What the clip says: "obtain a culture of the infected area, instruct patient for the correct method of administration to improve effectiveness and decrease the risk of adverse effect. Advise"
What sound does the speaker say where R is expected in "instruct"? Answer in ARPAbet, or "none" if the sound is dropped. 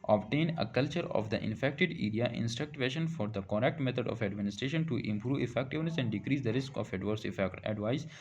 R